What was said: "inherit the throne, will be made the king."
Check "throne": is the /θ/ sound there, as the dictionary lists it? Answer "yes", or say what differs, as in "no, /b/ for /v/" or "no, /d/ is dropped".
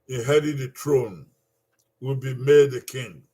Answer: no, /t/ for /θ/